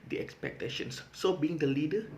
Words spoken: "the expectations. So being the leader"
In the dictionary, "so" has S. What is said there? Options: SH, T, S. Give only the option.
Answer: S